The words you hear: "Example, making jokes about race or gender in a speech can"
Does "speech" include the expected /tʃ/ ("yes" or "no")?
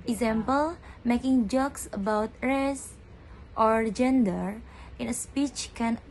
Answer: yes